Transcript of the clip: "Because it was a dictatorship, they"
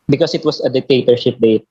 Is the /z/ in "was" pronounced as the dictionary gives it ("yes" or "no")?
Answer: no